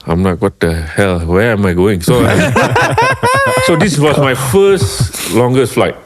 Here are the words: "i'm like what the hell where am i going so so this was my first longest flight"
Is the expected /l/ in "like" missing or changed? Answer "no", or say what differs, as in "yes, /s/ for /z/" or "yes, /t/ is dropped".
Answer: yes, /n/ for /l/